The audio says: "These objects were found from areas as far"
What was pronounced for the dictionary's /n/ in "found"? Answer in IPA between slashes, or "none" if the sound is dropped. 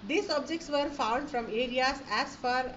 /n/